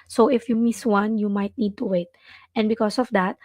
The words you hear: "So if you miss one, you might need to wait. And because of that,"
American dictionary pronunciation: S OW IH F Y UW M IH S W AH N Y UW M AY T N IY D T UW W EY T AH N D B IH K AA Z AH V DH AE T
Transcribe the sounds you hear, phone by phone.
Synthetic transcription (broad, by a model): S OW IH F Y UW M IH S W AH N Y UW M AY T N IY D T UW W EY T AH N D B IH K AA S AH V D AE T